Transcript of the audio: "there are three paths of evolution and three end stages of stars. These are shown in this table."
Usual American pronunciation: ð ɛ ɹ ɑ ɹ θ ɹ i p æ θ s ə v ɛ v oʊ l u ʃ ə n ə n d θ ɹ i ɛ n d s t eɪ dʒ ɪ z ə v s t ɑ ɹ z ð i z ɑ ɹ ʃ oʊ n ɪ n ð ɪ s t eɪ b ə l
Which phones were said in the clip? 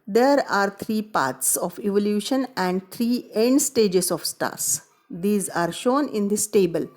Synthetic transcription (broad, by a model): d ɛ ɹ ɑ ɹ t ɹ i p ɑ t s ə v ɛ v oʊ l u ʃ ə n ə n d t ɹ i ɛ n d s t eɪ dʒ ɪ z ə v s t ɑ ɹ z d i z ɑ ɹ ʃ oʊ n ɪ n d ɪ s t eɪ b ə l